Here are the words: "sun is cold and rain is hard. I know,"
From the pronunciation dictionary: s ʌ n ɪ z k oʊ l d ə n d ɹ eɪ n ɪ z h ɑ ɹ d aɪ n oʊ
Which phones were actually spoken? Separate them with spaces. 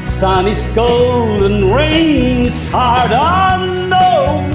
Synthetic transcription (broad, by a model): s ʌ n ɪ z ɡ oʊ l d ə n ɹ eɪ ɪ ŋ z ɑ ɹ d aɪ n oʊ